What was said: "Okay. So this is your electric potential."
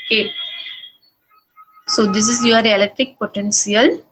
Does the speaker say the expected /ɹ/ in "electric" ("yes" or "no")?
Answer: no